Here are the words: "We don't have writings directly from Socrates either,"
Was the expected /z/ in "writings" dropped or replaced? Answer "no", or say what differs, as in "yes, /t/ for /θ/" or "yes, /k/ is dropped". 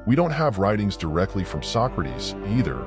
no